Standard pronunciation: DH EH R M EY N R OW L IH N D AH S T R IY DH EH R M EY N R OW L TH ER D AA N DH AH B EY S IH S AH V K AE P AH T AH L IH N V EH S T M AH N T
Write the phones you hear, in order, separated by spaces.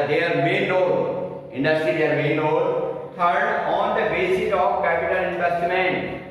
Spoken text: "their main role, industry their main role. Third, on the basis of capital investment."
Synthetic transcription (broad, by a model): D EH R M EY N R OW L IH N D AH S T IY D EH R M EY N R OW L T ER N AA N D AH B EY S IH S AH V K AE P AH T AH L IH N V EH S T M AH N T